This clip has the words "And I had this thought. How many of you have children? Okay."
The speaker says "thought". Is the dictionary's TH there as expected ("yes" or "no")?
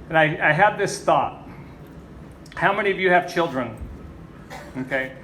yes